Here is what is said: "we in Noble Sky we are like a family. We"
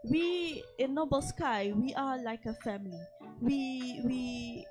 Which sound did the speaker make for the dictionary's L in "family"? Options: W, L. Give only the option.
W